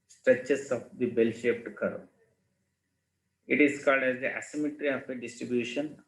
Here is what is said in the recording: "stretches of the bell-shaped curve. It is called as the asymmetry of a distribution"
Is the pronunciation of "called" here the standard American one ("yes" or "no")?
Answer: yes